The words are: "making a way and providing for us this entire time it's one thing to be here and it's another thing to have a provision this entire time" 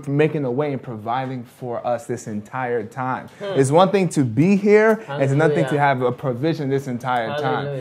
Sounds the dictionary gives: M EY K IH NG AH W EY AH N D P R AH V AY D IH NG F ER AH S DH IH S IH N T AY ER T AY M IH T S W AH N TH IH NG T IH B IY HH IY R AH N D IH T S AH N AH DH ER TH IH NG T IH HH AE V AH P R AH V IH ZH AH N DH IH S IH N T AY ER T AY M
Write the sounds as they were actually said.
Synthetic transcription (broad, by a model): M EY K IH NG AH W EY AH N P R AH V AY D IH NG F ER AH S DH IH S IH N T AY ER T AY M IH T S W AH N TH IH NG T IH B IY HH IY R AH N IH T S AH N AH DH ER TH IH NG T IH V AH P R AH V IH ZH AH N DH IH S IH N T AY ER T AY M